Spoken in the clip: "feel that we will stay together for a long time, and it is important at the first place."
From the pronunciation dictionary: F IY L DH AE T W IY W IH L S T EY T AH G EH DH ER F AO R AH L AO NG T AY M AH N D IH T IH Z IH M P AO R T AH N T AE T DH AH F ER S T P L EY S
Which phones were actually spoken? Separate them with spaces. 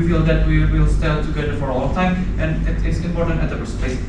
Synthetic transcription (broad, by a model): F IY L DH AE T W IY W IH L S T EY T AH G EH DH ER F AO R AH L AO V T AY M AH N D IH T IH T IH M P AO R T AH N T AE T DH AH P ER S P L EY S